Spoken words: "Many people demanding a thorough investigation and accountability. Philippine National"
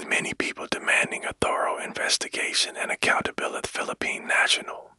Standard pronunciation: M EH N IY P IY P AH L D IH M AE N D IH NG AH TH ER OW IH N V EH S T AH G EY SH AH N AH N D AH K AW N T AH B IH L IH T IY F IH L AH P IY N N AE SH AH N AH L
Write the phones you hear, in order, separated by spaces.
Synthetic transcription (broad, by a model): M EH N IY P IY P L D IH M AE N D IH NG AH TH ER OW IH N V EH S T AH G EY SH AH N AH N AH K AW N T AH B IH L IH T F IH L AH P IY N N AE SH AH N L